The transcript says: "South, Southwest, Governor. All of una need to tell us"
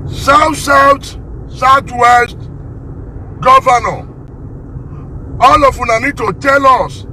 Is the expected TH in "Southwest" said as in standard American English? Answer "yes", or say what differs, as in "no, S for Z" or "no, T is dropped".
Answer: no, T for TH